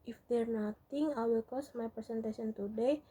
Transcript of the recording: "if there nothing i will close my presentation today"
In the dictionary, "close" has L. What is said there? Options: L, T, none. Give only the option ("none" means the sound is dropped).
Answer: none